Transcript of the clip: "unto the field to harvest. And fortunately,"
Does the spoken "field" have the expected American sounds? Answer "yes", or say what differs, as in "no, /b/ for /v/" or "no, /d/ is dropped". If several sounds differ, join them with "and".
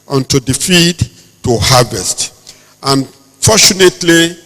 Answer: no, /l/ is dropped